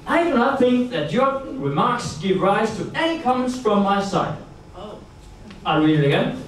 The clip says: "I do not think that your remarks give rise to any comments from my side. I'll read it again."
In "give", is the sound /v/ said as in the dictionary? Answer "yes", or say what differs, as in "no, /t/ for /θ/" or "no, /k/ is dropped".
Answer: yes